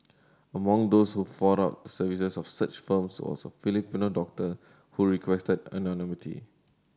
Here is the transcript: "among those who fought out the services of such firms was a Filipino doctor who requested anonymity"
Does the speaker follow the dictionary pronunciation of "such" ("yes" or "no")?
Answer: yes